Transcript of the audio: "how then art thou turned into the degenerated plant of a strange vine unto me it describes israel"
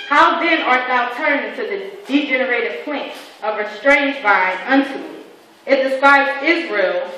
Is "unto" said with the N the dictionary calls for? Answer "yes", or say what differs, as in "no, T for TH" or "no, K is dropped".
yes